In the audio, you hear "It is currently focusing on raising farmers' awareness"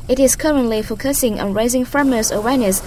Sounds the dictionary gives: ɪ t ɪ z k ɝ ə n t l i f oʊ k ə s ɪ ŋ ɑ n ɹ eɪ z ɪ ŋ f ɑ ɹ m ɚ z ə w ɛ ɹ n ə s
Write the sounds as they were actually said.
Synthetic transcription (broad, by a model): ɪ t ɪ z k ɝ ə n t l i f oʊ k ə s ɪ ŋ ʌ n ɹ eɪ z ɪ ŋ f ɹ m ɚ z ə w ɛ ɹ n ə s